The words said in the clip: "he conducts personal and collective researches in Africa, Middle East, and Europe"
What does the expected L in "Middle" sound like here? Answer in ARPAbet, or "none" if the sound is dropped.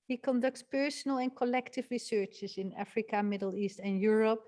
L